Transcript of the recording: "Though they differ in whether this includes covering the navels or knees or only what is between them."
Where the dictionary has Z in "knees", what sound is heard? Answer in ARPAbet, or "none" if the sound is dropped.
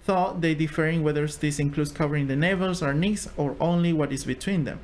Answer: S